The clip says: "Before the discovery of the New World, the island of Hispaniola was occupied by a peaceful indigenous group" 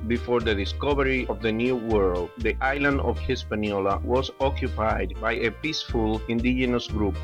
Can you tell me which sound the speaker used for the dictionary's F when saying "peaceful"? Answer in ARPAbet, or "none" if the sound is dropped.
F